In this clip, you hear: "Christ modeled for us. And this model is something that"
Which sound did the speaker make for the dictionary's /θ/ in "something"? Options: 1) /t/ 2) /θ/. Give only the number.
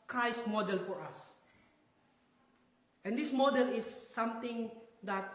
1